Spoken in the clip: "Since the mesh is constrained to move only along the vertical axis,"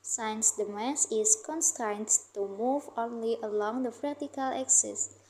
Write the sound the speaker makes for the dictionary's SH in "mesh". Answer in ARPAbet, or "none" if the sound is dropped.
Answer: S